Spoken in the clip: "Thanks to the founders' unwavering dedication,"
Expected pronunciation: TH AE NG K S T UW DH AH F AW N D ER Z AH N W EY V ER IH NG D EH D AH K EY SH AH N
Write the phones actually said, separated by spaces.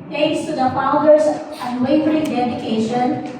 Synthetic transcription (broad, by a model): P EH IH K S T UW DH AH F AW D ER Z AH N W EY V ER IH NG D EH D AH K EY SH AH N